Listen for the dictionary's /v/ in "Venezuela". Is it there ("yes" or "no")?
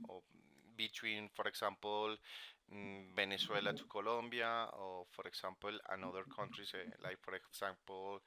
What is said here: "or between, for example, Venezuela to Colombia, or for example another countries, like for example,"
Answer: no